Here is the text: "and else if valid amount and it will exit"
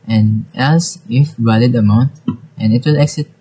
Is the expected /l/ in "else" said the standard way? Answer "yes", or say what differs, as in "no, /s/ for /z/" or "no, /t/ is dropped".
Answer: no, /l/ is dropped